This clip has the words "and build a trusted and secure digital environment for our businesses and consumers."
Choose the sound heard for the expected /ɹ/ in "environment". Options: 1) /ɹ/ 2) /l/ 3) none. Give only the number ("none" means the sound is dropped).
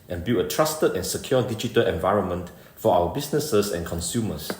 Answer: 1